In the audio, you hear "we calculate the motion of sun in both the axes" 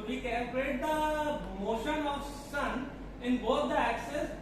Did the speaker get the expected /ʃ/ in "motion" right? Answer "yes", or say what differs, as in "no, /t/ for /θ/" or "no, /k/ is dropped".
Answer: yes